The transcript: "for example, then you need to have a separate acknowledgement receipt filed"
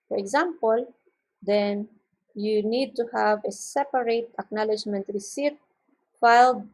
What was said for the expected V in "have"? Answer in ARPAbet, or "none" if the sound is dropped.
V